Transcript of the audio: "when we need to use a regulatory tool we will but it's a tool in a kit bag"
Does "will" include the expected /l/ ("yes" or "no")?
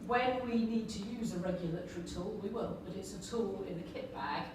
no